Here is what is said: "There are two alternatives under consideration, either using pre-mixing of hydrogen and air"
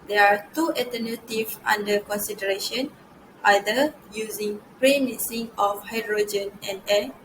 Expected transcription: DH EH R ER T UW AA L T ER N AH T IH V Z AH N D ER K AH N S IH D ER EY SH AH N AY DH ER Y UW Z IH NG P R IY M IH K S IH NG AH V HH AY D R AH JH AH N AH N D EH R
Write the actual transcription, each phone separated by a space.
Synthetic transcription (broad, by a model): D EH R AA T UW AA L T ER N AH T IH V AA N D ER K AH N S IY D ER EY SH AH N AY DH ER Y UW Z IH NG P R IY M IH S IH NG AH F HH AY D R AH JH AH N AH N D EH